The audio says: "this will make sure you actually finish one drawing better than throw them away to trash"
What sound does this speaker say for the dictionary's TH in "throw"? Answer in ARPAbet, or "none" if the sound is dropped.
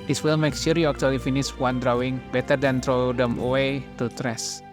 T